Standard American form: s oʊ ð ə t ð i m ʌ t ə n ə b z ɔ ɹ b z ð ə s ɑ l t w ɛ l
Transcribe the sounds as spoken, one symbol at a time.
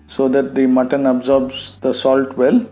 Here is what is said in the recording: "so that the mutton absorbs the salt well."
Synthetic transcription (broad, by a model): s oʊ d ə t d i m ʌ t ə n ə b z ɔ ɹ b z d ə s ɑ l t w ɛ l